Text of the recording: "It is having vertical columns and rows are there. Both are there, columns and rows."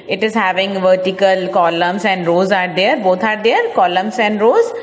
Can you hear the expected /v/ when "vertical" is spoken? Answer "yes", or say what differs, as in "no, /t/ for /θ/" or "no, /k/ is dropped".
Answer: yes